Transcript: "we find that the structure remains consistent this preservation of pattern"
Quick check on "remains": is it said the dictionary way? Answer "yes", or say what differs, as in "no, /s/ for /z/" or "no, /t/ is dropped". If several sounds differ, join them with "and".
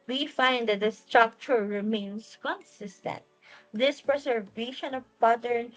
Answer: no, /s/ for /z/